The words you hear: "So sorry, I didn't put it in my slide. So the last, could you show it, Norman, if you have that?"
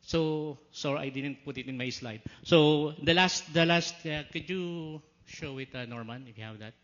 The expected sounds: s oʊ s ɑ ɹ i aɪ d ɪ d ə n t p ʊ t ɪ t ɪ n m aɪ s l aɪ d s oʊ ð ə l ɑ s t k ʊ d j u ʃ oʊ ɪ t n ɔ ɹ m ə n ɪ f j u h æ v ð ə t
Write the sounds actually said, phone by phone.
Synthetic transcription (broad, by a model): s oʊ s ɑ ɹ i aɪ d ɪ d ə n t p ʊ t ɪ t ɪ n m aɪ s l aɪ d s oʊ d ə l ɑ s t k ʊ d j u ʃ oʊ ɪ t n ɔ ɹ m ə n ɪ f j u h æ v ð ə t